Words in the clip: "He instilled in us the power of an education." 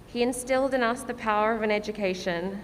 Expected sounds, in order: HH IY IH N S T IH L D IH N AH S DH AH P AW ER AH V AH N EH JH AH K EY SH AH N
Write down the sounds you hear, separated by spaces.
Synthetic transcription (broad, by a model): HH IY IH N S T IH L D IH N AH S DH AH P AW ER AH V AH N EH JH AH K EY SH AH N